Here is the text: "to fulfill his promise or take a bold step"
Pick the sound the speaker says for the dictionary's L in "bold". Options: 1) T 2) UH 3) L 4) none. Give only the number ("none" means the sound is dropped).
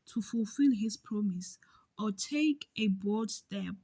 4